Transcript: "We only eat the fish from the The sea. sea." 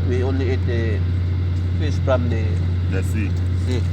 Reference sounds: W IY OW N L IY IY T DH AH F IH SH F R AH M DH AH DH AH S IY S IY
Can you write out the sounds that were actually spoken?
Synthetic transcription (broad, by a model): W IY OW N L IY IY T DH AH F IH S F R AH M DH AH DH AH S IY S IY